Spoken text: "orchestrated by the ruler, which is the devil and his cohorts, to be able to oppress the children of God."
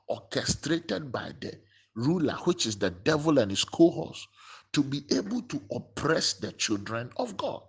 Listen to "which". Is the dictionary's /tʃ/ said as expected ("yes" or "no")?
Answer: yes